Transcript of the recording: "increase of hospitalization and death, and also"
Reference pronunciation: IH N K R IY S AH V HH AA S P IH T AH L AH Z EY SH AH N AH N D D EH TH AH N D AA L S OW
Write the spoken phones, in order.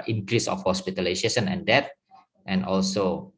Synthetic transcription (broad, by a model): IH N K R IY S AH F HH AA S P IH T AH L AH S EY S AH N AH N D D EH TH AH N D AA L S OW